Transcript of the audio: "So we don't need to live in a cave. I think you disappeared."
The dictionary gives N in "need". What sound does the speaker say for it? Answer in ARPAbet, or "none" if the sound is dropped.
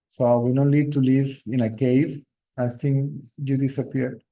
L